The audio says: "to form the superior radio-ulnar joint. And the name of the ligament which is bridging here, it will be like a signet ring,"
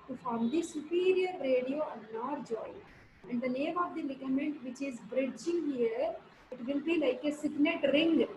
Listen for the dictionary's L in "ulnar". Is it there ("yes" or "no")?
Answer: no